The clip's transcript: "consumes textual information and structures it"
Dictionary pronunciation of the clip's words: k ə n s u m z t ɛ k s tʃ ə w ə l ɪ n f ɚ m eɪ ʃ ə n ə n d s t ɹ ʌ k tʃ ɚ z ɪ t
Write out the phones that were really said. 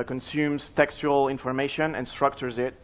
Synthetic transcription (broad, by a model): k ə n s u m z t ɛ k s tʃ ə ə l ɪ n f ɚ m eɪ ʃ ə n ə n s t ɹ ʌ k tʃ ɚ z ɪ t